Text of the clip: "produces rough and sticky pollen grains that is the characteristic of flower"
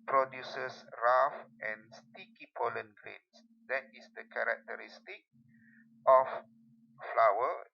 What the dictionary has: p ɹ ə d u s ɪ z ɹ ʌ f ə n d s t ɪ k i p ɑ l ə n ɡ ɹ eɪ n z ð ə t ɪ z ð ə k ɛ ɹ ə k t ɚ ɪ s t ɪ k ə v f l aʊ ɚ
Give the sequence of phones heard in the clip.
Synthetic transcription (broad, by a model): p ɹ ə d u s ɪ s ɹ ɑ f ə n s t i k i p ɑ l ə n ɡ ɹ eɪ n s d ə t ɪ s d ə k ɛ ɹ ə k t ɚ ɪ s t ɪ k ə f f l aʊ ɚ